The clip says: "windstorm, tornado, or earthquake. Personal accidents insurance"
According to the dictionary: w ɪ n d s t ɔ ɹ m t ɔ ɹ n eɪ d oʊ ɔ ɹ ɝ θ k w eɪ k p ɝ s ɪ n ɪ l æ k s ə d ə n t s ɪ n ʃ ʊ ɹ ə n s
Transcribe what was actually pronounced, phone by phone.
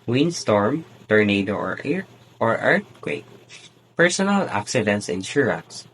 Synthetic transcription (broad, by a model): w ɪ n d s t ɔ ɹ m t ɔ ɹ n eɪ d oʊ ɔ ɹ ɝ t k w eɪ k p ɝ s ɪ n ɪ l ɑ k s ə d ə n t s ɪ n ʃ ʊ ɹ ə n s